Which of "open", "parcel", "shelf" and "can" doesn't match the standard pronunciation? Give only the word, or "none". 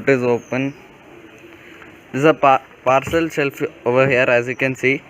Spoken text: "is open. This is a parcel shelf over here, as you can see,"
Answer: shelf